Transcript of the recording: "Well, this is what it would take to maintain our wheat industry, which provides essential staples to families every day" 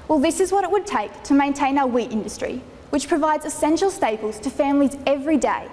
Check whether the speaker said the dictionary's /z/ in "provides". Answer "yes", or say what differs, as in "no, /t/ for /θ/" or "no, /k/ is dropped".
yes